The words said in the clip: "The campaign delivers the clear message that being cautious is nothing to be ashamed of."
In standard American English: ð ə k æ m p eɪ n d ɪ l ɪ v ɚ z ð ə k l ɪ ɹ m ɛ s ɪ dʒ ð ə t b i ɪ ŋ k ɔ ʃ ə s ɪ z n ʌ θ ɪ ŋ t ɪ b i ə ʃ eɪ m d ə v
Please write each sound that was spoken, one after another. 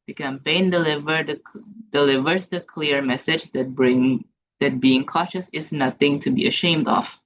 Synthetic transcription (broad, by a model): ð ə k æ m p eɪ n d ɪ l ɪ v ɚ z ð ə k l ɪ ɹ m ɛ s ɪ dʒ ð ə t b i ɪ ŋ k ɔ ʃ ə s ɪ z n ʌ θ ɪ ŋ t ɪ b i ə ʃ eɪ m d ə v